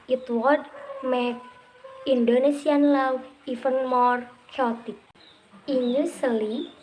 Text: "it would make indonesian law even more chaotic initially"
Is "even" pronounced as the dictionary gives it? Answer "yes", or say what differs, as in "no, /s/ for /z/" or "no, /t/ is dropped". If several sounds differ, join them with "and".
no, /f/ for /v/